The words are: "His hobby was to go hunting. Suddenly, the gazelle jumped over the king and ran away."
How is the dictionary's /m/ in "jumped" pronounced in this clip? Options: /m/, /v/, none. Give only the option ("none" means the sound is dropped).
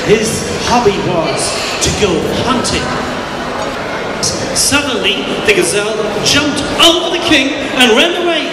/m/